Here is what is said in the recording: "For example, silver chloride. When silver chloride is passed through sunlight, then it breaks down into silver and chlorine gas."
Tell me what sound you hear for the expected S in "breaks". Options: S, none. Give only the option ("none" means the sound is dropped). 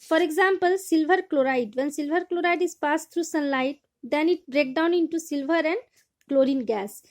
none